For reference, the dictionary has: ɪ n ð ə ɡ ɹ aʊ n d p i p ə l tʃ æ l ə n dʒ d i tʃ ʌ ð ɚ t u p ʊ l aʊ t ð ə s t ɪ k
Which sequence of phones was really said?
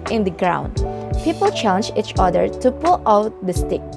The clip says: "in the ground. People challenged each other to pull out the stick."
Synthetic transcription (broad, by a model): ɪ n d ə ɡ ɹ aʊ n d p i p ə l tʃ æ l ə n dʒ i tʃ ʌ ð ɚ t u p ʊ l aʊ t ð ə s t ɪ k